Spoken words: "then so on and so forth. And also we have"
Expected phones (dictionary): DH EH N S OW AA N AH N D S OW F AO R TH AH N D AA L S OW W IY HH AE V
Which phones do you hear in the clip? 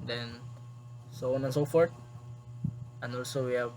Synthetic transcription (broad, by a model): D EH N S OW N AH N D S OW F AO R T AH N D AA L S OW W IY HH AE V